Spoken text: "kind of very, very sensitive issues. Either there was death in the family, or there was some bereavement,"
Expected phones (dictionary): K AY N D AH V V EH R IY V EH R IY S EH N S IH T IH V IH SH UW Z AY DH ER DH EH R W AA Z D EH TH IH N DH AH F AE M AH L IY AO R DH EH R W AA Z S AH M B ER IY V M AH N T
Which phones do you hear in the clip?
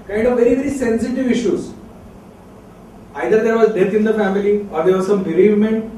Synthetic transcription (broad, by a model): K AY N D AH V V EH R IY V EH R IY S EH N S IH T IH V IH SH UW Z AY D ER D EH R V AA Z D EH T IH N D AH F AE M AH L IY AO R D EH R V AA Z S AH M B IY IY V M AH N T